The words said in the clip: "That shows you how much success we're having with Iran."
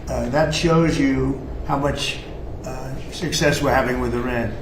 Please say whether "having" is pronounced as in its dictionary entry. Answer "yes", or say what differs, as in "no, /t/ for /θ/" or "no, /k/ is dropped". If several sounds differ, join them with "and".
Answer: yes